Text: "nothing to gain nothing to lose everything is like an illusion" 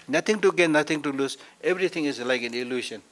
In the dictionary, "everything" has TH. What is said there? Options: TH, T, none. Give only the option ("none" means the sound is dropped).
T